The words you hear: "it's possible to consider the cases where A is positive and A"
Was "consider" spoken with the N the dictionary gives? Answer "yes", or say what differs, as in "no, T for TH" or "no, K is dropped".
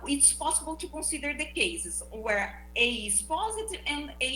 no, N is dropped